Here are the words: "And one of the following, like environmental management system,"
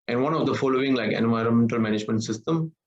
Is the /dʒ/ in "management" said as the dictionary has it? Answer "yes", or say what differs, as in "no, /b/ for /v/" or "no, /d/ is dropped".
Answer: yes